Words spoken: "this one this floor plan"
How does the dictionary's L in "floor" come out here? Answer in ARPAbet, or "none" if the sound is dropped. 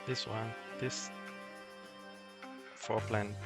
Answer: none